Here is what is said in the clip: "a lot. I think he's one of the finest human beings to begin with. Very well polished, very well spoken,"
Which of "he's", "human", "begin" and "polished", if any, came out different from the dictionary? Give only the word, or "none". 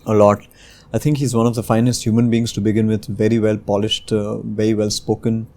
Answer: none